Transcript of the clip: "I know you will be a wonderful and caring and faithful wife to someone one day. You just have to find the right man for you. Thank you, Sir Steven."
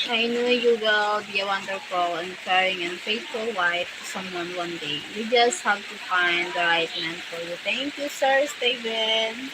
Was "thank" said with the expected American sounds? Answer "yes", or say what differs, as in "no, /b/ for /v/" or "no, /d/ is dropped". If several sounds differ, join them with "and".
no, /t/ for /θ/